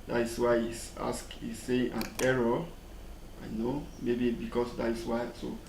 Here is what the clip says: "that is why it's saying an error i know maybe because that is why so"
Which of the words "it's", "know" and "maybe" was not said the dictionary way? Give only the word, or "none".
it's